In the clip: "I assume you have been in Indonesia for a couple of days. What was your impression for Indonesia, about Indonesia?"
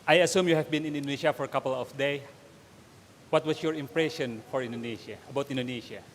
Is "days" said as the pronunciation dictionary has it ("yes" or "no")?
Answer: no